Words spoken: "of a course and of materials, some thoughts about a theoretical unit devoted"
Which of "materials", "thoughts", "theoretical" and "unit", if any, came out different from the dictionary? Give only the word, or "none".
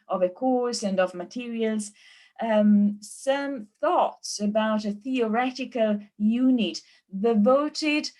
none